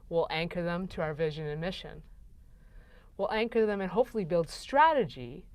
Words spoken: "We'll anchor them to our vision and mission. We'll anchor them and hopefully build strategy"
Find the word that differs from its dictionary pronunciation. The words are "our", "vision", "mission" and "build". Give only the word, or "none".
none